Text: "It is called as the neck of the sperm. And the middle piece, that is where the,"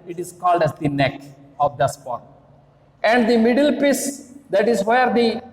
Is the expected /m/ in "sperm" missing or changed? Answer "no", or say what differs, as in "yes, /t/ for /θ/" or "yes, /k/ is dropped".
yes, /m/ is dropped